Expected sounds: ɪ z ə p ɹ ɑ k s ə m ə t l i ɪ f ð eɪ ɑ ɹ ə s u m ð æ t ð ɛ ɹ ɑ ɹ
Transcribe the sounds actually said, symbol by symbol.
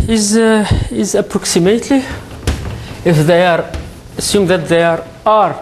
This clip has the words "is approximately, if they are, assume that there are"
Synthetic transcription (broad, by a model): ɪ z ə p ɹ ɑ k s ə m ə t l i ɪ f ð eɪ ɑ ɹ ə s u m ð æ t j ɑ ɹ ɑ ɹ